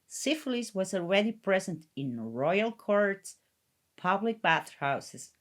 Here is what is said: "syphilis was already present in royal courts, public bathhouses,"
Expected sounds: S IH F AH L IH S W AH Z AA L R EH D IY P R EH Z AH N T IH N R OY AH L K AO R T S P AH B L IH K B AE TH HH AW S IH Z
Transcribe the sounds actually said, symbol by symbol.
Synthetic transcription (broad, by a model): S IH F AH L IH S W AH Z AA L R EH D IY P R EH Z AH N T IH N R OY AH L K AO R T S P AH B L IH K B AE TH HH AW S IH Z